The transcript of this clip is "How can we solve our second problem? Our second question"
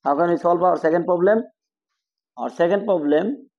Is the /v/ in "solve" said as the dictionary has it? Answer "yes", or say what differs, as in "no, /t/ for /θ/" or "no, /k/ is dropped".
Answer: no, /p/ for /v/